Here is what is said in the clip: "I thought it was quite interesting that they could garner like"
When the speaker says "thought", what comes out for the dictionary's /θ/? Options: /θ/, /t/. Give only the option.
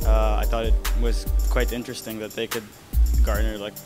/θ/